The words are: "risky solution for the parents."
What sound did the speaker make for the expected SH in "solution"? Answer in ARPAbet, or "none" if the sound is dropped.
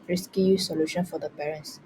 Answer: SH